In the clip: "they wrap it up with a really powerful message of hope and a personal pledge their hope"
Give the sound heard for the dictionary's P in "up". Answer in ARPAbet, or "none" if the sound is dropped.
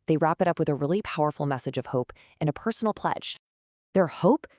P